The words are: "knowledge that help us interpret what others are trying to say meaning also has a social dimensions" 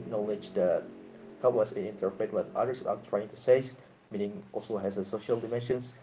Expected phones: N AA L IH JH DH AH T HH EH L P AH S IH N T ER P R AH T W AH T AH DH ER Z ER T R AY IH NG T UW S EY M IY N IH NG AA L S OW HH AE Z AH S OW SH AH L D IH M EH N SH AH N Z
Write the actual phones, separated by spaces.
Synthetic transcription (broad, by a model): N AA L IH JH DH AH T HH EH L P AH S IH N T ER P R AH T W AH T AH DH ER S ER T R AY IH NG T UW S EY M IY N IH NG AA L S OW HH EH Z AH S OW SH AH L D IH M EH N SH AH N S